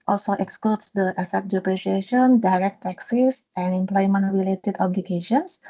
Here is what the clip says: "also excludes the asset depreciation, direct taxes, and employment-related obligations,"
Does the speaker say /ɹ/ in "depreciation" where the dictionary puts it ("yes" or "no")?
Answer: yes